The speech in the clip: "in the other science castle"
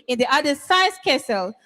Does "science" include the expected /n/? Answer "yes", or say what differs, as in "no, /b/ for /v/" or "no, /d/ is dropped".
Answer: no, /n/ is dropped